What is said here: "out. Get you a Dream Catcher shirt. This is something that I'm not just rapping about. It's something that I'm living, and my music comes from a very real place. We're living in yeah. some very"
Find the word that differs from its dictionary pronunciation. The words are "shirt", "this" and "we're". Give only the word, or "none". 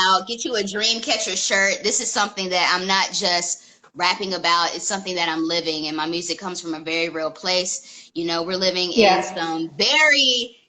none